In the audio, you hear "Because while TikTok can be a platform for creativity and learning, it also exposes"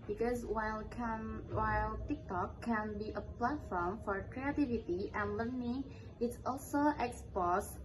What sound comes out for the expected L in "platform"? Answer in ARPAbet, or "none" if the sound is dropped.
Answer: L